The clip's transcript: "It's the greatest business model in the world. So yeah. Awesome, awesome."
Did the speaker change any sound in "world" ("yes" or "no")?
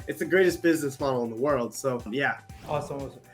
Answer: no